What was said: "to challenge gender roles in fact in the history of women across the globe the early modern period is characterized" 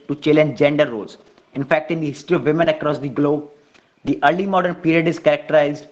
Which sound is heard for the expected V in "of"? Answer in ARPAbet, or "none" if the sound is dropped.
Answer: V